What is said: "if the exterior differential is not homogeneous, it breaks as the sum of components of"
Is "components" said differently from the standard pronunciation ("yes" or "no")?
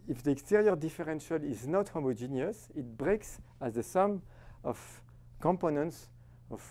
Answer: no